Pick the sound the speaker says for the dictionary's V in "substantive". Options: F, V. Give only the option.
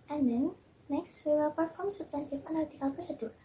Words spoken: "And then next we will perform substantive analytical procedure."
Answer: F